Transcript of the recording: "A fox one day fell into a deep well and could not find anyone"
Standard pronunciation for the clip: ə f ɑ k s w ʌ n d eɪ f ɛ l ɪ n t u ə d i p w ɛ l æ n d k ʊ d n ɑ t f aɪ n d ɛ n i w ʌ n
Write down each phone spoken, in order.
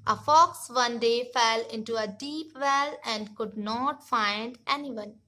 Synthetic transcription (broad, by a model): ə f ɑ k s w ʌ n d eɪ f ɛ l ɪ n t u ə d i p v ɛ l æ n d k ʊ d n ɑ t f aɪ n d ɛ n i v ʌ n